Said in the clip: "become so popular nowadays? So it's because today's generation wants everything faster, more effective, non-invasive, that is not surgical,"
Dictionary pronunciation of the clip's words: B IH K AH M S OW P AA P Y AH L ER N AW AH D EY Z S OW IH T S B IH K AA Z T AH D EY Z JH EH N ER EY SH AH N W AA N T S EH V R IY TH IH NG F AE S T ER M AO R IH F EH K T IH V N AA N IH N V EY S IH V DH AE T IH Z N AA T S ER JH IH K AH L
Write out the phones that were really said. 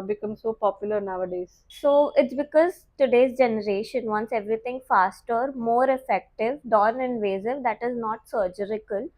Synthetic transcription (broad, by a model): B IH K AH M S OW P AA P Y AH L ER N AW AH D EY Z S OW IH T S B IH K AA Z T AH D EY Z JH EH N ER EY SH AH N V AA N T S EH V R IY T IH NG F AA S T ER M AO R IH F EH K T IH V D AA N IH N V EY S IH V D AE T IH Z N AA T S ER JH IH K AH L